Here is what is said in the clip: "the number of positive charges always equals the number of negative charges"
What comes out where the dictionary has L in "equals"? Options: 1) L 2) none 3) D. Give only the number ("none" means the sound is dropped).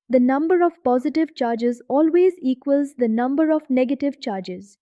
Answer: 1